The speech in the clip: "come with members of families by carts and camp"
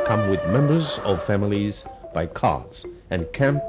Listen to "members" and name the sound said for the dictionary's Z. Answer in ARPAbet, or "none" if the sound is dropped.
Z